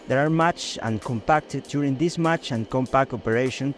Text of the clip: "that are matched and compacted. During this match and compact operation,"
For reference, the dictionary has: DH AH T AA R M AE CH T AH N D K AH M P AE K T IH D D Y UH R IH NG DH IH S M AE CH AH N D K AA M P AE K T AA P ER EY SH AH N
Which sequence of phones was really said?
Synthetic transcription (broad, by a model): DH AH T AA R M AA CH AH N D K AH M P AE K T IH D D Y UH R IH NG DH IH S M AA CH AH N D K AA M P AE K T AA P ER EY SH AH N